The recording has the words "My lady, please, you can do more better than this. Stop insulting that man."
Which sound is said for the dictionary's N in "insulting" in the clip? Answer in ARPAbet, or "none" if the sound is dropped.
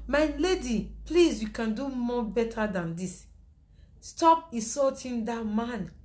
none